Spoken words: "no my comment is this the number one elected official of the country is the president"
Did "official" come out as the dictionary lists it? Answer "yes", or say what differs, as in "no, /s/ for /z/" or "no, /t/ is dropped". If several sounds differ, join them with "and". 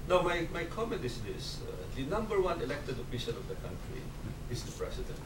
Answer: no, /n/ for /l/